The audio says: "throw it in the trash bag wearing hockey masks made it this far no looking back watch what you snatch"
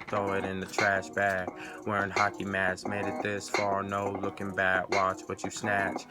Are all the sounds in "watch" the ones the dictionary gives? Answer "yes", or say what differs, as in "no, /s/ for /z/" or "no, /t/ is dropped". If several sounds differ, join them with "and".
yes